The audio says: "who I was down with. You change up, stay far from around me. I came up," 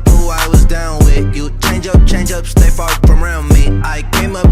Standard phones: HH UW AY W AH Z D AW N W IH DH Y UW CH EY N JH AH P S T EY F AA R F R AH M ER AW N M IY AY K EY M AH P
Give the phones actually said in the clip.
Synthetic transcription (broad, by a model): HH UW AY W AH Z D AW N W IH DH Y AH CH EY N JH AH P S T EY F AA R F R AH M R AW N M IY AY K EY M AH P